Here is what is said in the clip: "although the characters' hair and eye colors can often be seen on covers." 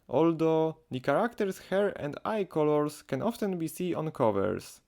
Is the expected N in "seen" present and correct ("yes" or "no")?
no